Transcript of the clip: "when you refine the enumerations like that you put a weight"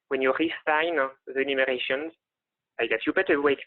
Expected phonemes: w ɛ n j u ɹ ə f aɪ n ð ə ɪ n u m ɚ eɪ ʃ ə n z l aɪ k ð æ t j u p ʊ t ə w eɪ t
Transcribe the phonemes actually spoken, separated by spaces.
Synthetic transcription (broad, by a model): w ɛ n j u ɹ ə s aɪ n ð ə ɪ n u m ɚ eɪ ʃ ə n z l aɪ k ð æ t j u b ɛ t ə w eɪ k